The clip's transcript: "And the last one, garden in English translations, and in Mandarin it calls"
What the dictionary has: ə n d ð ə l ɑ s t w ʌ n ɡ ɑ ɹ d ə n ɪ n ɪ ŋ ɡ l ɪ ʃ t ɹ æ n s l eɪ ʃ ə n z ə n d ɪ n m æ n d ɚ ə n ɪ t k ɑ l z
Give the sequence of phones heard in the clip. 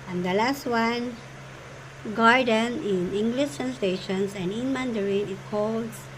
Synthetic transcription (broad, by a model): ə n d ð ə l ɑ s t w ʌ n ɡ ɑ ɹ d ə n ɪ n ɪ ŋ ɡ l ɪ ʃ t æ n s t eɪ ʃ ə n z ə n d ɪ n m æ n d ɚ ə n ɪ t k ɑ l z